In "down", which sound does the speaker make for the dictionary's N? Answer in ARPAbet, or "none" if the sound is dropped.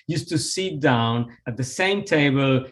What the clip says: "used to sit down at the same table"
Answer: N